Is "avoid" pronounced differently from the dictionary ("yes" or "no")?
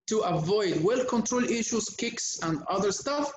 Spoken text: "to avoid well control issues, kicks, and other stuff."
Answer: no